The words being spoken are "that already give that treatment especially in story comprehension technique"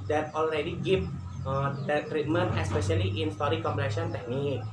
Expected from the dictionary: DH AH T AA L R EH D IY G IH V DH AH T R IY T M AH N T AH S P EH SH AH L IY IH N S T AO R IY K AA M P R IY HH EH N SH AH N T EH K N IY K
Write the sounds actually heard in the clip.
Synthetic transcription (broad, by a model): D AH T AA L R EH D IY G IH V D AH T R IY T M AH N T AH S P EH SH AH L IY IH N S T AO R IY K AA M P IY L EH SH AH N T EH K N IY K